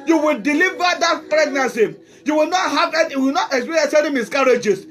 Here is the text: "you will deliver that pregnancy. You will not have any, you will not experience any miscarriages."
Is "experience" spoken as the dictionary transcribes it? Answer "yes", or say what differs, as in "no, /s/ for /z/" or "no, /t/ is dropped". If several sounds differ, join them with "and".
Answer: no, /n/ is dropped